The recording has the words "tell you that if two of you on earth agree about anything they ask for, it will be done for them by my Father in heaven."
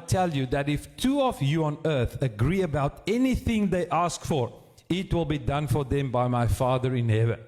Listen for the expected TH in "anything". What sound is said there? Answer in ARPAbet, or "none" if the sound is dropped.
TH